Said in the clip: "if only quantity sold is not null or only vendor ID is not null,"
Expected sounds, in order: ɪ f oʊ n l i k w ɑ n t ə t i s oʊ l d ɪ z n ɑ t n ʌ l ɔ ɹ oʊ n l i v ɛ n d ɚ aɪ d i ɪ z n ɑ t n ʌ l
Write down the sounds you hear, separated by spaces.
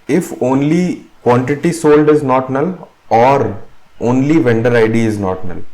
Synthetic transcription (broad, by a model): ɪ f oʊ n l i k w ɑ n t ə t i s oʊ l d ɪ z n ɑ t n ʌ l ɔ ɹ oʊ n l i v ɛ n d ɚ aɪ d i ɪ z n ɑ t n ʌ l